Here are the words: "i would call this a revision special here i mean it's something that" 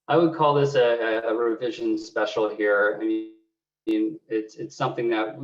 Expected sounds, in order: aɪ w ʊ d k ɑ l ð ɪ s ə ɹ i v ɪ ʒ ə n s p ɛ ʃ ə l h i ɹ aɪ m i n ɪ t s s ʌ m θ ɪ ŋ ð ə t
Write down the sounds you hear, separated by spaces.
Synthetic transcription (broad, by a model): aɪ w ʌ d k ɑ l ð ɪ s ə ɹ i v ɪ ʒ ə n s p ɛ ʃ l h i ɹ aɪ m i n ɪ t s s ʌ m θ ɪ ŋ ð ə t